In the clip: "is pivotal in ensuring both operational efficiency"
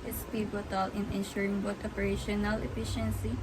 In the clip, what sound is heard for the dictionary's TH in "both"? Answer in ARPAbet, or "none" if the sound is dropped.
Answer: T